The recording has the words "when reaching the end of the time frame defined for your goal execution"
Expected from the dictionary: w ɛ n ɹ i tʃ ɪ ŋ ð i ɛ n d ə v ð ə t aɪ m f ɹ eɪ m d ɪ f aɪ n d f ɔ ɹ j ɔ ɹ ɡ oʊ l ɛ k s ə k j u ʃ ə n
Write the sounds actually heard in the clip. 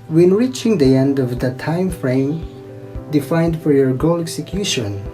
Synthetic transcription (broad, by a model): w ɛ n ɹ i tʃ ɪ ŋ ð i ɛ n d ə v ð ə t aɪ m f ɹ eɪ m d ɪ f aɪ n d f ɔ ɹ j ɔ ɹ ɡ oʊ l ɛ k s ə k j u ʃ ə n